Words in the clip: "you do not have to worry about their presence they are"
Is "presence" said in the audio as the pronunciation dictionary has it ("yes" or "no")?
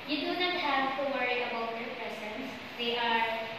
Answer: no